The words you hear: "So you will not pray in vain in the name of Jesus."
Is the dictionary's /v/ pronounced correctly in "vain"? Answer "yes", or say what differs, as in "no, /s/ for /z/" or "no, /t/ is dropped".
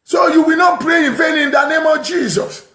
no, /f/ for /v/